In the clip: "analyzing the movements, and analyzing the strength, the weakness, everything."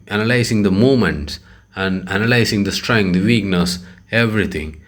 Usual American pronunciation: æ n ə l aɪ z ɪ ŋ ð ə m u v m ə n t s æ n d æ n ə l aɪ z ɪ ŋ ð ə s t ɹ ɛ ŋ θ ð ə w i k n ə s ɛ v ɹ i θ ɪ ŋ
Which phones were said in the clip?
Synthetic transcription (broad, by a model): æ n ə l aɪ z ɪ ŋ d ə m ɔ m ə n t s æ n d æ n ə l aɪ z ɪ ŋ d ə s t ɹ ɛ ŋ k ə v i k n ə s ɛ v ɹ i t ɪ ŋ